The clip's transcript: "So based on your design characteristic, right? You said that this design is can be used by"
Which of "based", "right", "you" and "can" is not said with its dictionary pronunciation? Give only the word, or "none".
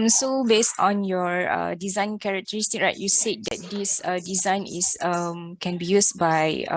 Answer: none